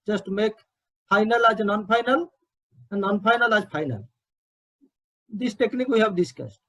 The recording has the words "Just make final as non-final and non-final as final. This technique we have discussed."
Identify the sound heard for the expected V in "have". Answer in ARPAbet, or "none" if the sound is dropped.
B